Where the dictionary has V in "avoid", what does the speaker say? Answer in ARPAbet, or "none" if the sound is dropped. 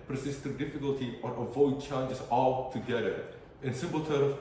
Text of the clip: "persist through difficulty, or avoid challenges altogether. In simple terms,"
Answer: V